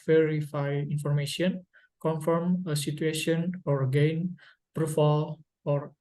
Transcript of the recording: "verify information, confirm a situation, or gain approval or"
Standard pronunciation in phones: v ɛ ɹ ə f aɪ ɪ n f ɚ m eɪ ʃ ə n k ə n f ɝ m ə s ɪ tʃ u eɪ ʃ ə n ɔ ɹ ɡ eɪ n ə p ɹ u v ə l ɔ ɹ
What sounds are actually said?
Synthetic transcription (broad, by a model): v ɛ ɹ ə f aɪ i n f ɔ m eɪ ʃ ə n k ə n f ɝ m ə s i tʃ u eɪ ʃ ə n ɔ ɹ ɡ eɪ n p ɹ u f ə l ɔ ɹ